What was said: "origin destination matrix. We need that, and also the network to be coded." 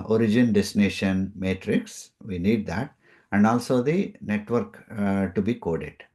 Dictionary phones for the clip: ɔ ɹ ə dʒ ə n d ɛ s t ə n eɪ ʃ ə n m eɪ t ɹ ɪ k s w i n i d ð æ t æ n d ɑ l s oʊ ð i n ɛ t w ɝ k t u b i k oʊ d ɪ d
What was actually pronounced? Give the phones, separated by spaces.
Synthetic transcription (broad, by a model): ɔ ɹ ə dʒ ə n d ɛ s t n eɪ ʃ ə n m eɪ t ɹ ɪ k s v i n i d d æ t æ n d ɑ l s oʊ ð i n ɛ t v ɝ k t u b i k oʊ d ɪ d